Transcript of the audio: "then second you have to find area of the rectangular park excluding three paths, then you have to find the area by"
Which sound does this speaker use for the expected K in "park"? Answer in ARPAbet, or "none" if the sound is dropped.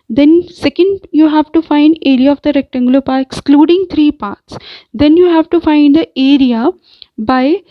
none